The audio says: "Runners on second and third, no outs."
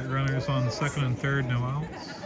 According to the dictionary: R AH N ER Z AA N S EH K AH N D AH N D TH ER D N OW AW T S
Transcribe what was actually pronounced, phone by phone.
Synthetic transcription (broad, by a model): R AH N ER Z N S EH K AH N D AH N TH ER D N OW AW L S